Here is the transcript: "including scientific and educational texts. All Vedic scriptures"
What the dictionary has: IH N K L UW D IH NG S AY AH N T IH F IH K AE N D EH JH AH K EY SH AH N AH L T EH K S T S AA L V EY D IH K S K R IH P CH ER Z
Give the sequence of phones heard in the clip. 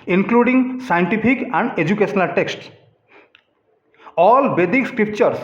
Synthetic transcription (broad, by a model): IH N K L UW D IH NG S AY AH N T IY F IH K AE N D EH JH AH K EY SH AH N AH L T EH K S T S AA L B EY D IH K S K R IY P CH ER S